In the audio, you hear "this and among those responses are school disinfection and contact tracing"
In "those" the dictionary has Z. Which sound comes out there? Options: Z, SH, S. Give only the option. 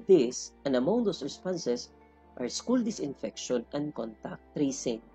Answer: S